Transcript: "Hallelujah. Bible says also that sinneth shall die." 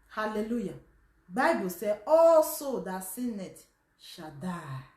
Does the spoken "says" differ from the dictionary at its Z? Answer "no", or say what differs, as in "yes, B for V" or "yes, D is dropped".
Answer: yes, Z is dropped